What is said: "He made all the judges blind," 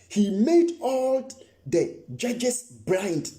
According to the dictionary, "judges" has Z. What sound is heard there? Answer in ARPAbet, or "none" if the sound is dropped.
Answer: S